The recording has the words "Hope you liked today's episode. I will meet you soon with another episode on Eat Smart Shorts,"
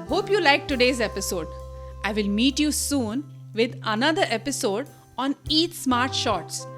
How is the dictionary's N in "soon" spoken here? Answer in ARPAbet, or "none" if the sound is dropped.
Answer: N